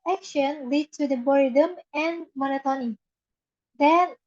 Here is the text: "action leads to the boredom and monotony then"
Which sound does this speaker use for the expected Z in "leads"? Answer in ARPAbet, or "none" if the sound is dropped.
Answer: none